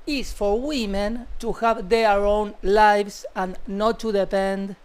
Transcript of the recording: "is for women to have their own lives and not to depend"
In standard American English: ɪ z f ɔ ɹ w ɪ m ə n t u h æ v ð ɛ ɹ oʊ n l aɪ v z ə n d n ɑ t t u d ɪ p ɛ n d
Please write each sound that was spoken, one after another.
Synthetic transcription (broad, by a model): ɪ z f ɔ ɹ w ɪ m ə n t u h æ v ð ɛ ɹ oʊ n l aɪ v s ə n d n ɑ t t u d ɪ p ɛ n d